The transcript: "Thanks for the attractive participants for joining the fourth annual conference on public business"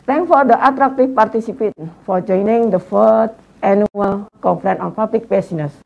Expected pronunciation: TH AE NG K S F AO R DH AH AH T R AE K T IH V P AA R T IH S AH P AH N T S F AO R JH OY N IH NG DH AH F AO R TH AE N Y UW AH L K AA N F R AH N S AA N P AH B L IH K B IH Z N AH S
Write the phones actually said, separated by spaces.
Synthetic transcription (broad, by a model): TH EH NG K F AO R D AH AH T R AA K T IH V P AA R T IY S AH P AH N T F AO R JH OY N IH NG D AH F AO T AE N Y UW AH L K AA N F R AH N AA N P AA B L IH K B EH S N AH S